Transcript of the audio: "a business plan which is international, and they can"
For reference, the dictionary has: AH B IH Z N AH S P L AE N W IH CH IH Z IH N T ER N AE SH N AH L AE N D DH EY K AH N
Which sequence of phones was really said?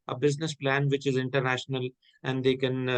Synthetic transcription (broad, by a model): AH B IH Z N AH S P L AE N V IH CH IH Z IH N T ER N AE SH N AH L AE N D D EY K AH N